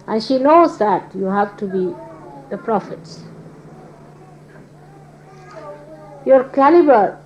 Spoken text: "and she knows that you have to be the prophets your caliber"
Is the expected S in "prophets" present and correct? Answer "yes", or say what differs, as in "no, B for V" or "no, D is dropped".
yes